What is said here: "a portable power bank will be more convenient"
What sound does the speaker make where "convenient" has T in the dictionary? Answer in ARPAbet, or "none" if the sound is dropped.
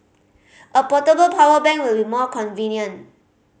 none